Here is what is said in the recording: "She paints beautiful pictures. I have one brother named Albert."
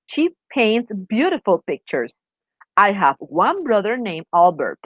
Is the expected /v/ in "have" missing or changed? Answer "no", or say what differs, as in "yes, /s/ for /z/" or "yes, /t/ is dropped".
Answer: no